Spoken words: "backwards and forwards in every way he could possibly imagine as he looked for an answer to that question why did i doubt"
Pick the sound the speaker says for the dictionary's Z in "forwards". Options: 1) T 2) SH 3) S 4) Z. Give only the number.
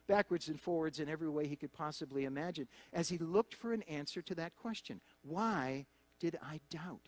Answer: 4